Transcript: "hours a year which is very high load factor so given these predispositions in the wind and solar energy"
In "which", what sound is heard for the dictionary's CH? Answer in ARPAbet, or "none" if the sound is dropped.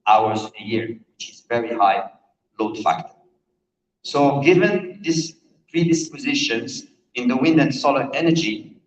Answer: CH